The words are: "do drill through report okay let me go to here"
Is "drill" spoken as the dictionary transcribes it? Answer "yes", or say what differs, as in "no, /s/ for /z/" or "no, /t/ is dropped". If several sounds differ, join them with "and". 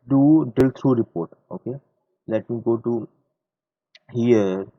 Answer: no, /ɹ/ is dropped